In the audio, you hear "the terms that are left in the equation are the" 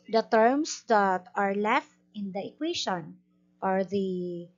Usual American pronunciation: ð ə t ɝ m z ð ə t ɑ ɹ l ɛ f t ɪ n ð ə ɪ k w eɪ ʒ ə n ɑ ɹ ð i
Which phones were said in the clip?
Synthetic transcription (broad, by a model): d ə t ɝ m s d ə t ɑ ɹ l ɛ f t ɪ n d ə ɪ k w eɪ ʃ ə n ɑ ɹ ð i